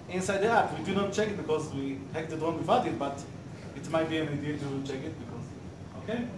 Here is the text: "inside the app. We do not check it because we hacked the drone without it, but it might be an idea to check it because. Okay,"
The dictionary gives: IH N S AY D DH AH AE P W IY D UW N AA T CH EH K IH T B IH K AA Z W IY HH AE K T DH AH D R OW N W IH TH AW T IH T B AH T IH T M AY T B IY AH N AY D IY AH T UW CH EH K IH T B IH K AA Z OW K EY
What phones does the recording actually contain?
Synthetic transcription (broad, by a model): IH N S AY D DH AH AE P W IY D UW N AA T CH EH K IH T B IH K AA Z W IY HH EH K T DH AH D W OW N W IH F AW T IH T B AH T IH T M AY T B IY AH N AY D IY AH T UW CH EH K IH T B IH K AA Z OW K EY